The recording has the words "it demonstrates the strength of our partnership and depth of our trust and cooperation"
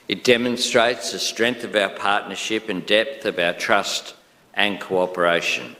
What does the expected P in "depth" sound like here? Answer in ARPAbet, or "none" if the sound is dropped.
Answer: P